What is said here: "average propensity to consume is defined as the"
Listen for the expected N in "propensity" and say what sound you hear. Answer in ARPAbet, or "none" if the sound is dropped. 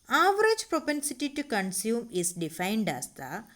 N